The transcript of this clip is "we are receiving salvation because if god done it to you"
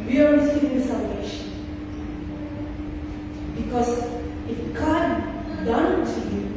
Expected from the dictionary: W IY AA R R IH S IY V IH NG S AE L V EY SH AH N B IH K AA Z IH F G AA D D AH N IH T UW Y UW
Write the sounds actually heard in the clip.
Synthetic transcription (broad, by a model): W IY AA R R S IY IH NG S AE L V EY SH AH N B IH K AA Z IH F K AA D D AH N T UW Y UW